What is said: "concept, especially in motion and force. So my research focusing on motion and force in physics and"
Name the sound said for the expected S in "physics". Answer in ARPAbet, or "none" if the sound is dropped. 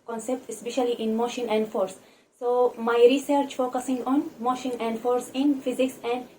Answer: S